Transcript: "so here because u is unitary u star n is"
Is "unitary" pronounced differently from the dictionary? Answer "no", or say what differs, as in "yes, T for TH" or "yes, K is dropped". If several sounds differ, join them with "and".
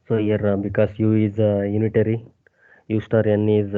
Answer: no